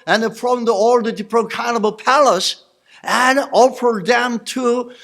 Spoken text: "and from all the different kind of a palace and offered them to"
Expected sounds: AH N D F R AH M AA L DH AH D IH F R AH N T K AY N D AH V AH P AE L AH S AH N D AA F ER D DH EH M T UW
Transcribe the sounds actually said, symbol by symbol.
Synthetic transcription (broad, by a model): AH N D F R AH M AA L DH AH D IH P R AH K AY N AH B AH P AE L AH S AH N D AA F ER D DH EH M T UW